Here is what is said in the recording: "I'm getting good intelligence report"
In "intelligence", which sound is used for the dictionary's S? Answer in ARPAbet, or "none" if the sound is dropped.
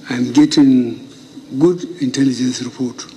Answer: S